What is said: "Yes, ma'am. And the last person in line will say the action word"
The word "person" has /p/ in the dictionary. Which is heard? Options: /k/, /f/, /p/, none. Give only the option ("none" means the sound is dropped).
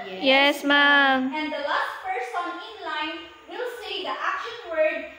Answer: /f/